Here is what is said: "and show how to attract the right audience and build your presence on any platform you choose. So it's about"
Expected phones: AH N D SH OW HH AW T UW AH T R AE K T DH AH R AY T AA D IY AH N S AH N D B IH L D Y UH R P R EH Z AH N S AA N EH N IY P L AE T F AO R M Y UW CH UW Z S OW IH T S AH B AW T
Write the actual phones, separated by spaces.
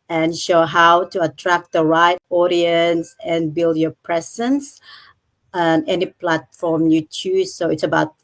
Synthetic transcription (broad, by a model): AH N SH OW HH AW T UW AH T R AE K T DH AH R AY T AA D IY AH N S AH N B IH L D Y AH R P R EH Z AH N S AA N EH N IY P L AE T F AO R M Y UW CH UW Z S OW IH T S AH B AW T